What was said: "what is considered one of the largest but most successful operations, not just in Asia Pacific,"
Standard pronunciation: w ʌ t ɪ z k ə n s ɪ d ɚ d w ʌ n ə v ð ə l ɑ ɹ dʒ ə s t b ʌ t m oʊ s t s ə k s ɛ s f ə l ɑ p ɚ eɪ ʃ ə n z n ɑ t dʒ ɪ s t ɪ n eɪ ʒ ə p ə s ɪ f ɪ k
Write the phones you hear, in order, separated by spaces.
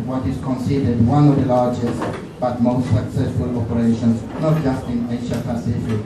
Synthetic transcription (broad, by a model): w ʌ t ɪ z k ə n s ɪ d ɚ d w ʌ n ə v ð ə l ɑ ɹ dʒ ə s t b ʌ t m oʊ s t s ə k s ɛ s f ə l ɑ p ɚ eɪ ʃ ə n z n ɑ t dʒ ɪ s t ɪ n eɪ ʃ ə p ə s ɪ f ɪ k